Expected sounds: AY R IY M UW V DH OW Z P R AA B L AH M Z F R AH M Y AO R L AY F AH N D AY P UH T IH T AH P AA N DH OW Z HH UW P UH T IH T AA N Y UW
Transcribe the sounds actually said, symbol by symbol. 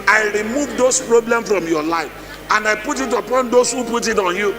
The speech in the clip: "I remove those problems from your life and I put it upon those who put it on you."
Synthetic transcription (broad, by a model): AY R IY M UW V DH OW S P R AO B L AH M F R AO M Y AO L AY F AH N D AY P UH T IH T AH P AA N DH OW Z HH UW P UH T IH T AA N Y UW